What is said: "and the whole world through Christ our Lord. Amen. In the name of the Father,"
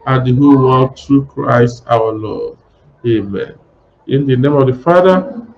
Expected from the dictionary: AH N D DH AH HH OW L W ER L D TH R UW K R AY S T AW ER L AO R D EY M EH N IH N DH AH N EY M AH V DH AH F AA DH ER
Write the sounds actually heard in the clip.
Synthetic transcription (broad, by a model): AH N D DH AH HH OW L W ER D T R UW K R AY S T AW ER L AO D EY M EH N IH N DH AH N EY M AH V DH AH F AA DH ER